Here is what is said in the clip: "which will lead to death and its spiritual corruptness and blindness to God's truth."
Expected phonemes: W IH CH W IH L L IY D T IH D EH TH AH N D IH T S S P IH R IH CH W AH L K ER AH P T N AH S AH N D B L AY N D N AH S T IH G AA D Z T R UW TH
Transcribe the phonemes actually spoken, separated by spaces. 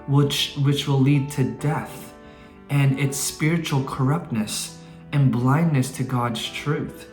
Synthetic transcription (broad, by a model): W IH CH W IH W L IY D T IH D EH TH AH N IH T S S P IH R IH CH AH L K ER AH P T N AH S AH N B L AY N N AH S T IH G AA D Z T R UW TH